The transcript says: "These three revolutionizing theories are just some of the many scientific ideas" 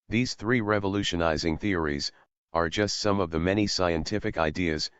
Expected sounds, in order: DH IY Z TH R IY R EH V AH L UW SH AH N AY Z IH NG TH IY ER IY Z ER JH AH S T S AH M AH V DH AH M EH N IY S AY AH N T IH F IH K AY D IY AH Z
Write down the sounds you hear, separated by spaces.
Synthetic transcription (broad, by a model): DH IY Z TH R IY R EH V AH L UW SH AH N AY Z IH NG TH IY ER IY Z ER JH AH S T S AH M AH V DH AH M EH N IY S AY AH N T IH F IH K AY D IY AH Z